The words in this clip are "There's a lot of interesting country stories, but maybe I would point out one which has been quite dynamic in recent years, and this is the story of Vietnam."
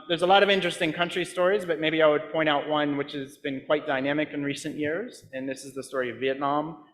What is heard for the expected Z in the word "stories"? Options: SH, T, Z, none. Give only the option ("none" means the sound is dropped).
Z